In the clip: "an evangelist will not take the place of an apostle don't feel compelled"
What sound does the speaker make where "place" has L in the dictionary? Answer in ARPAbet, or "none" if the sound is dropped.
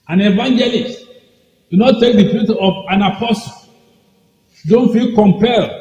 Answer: none